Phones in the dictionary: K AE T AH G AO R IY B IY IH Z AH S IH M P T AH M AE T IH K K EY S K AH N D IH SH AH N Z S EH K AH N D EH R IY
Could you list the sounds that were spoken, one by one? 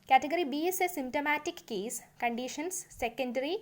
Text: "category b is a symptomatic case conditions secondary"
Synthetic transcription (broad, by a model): K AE T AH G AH R IY B IY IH S AH S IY M T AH M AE T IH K K EY S K AH N D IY SH AH N S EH K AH N D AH R IY